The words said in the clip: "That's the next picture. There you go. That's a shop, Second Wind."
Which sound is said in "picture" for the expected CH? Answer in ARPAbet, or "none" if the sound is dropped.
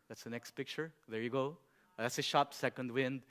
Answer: CH